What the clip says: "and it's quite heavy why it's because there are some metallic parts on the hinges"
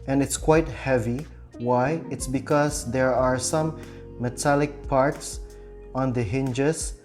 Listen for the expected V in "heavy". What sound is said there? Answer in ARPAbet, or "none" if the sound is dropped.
V